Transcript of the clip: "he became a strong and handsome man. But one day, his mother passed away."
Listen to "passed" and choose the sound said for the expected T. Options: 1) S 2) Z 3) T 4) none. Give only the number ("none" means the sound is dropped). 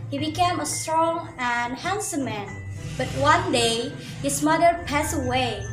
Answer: 4